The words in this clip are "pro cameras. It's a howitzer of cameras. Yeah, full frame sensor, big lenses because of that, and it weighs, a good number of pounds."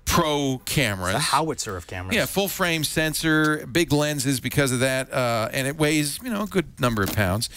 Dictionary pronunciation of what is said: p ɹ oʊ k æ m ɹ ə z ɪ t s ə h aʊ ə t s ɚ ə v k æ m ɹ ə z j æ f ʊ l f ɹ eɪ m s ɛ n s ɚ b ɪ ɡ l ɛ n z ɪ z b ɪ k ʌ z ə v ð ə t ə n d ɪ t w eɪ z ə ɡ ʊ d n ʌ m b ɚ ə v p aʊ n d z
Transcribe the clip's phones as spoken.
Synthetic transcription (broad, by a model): p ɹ oʊ k æ m ə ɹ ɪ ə h aʊ ə t s ɚ ə v k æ m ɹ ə j æ f ʊ l f ɹ eɪ m s ɛ n s ɚ b ɪ ɡ l ɛ n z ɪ z b ɪ k ʌ z ə v ð ə t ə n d ɪ t w eɪ z ə ɡ ʊ d n ʌ m b ɚ ə v p aʊ n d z